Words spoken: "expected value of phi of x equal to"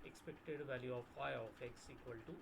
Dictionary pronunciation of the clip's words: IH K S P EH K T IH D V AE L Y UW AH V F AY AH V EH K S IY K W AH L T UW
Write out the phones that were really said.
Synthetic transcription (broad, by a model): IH K S P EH K T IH D V AE L Y UW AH F AY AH F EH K S IY K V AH L T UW